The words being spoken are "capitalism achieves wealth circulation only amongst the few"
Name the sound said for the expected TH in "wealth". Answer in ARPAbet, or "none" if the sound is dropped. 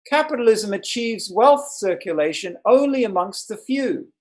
TH